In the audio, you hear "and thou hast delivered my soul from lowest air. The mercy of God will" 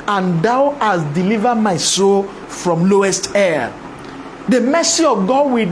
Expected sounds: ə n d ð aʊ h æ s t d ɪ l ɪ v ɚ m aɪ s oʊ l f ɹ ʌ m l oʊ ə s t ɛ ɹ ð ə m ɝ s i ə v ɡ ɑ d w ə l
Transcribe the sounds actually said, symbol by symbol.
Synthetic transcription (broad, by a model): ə n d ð aʊ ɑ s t d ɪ l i v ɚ m aɪ s oʊ l f ɹ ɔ m l oʊ ə s t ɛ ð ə m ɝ s i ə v ɡ ɑ d w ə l